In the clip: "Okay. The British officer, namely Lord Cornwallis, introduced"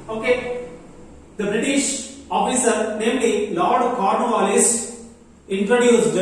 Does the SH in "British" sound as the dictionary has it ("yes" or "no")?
yes